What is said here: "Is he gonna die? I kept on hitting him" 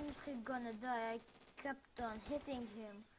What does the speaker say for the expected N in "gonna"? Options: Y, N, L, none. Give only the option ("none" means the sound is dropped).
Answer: N